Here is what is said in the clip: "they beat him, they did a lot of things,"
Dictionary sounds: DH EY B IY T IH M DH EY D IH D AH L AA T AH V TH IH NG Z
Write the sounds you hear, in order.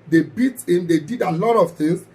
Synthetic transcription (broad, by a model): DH EY B IY T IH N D EY D IH D AH L AA T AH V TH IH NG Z